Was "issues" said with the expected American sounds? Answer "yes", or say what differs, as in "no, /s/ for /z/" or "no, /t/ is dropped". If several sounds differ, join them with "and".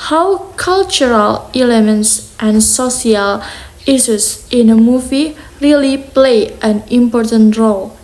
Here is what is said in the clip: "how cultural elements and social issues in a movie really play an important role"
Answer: no, /s/ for /ʃ/